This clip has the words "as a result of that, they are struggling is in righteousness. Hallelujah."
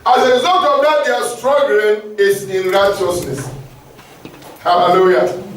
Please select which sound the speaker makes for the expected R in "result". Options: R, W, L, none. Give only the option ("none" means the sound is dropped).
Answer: L